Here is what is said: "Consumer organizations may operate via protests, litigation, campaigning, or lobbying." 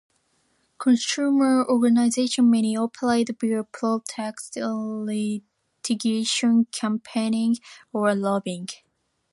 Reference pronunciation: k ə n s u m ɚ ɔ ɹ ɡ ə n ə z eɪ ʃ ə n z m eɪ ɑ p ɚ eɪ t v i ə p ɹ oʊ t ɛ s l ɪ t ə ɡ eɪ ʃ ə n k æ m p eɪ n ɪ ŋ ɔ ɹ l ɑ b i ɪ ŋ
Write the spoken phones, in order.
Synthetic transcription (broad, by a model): k ə n s u m ɚ ɔ ɹ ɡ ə n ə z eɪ ʃ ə n m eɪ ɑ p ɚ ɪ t b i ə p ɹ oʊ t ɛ s l ɪ t ə ɡ eɪ ʃ ə n k æ m p eɪ n ɪ ŋ ɔ ɹ l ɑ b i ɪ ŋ